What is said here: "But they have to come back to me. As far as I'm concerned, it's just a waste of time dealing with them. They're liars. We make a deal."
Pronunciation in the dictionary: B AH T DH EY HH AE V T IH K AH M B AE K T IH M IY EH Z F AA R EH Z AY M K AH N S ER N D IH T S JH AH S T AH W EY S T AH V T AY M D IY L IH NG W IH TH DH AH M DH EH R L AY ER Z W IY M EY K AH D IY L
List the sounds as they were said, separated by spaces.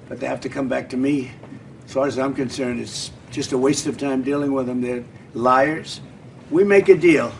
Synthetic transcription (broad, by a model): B AH T DH EY HH AE F T IH K AH M B AE K T IH M IY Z F AA R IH Z AY M K AH N S ER N D IH T S JH AH S T AH W EY S T AH V T AY M D IY L IH NG W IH DH AH M DH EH R L AY ER Z W IY M EY K AH D IY L